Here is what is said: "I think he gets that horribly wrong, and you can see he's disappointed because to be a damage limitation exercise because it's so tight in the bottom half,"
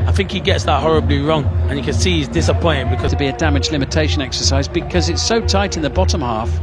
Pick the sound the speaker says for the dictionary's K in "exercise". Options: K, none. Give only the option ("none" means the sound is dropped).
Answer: K